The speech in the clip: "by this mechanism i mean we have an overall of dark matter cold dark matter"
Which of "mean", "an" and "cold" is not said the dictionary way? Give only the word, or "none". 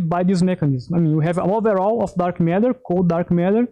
an